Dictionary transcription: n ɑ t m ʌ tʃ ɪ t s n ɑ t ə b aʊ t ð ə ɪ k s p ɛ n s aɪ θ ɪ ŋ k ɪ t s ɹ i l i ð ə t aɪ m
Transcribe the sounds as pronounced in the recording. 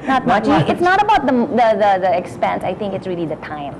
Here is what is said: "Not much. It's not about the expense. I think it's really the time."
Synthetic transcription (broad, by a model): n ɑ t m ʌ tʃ ɪ t s n ɑ t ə b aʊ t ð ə ɪ k s p ɛ n s aɪ t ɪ ŋ k ɪ t s ɹ i l i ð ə t aɪ m